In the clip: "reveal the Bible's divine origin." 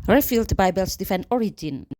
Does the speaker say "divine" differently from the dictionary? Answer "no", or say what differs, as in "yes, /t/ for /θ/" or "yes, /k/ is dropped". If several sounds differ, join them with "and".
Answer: yes, /f/ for /v/